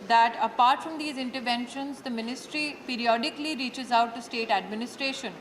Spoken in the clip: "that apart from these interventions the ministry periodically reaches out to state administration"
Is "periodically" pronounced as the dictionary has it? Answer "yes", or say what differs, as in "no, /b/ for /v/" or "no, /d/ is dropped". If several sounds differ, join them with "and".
yes